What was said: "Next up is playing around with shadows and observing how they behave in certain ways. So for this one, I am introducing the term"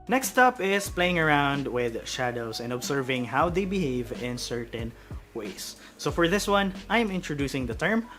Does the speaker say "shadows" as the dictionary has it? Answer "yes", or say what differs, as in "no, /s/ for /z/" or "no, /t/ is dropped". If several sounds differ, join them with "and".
no, /s/ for /z/